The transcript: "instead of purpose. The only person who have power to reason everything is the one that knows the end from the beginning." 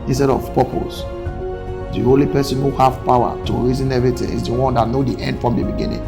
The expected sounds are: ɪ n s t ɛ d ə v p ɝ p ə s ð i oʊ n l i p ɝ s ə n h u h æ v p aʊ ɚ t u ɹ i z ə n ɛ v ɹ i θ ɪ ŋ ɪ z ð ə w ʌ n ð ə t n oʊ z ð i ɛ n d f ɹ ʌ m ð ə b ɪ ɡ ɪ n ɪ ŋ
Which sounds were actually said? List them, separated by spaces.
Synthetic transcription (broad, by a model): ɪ n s t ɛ d ə v p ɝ p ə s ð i oʊ l i p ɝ s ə n h u h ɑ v p aʊ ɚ t u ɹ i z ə n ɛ v ɹ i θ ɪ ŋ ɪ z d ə w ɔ n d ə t n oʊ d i ɛ n d f ɹ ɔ m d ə b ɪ ɡ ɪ n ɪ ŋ